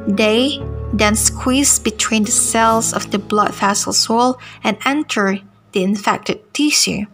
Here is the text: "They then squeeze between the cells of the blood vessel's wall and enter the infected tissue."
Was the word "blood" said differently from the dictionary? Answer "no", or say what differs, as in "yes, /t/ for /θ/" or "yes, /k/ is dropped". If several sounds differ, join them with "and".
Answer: no